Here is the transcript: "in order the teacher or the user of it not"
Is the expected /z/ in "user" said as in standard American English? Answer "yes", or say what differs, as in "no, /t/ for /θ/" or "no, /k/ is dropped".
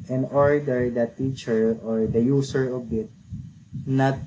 no, /s/ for /z/